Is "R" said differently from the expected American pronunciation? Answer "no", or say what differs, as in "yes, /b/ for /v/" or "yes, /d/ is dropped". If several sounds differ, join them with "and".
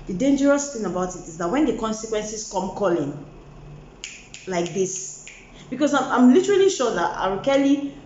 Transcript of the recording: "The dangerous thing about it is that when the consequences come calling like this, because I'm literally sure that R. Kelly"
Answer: yes, /w/ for /ɹ/